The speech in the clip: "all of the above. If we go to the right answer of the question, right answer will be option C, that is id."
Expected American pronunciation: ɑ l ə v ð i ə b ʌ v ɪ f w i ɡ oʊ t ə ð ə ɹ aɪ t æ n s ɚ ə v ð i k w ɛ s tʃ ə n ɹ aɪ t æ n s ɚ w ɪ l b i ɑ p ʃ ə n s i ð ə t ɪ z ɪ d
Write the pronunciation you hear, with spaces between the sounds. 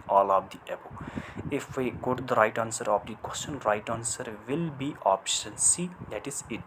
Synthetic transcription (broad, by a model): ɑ l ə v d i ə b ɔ ɪ f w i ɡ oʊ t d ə ɹ aɪ t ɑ n s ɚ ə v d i k w ɛ s tʃ ə n ɹ aɪ t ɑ n s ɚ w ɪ l b i ɑ p ʃ ə n s i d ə t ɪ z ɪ